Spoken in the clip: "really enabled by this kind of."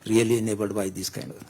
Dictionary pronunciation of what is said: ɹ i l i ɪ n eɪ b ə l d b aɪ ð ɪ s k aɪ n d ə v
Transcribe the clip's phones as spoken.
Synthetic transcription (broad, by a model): ɹ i l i n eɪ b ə d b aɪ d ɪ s k aɪ n d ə